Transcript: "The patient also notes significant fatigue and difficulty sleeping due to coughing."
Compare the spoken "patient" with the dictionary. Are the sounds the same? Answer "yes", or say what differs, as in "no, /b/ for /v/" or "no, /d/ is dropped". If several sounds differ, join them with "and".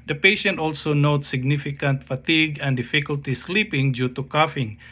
yes